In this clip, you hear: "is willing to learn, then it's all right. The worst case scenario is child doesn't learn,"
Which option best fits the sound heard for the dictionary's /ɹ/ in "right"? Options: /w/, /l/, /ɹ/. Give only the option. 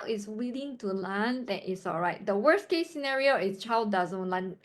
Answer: /ɹ/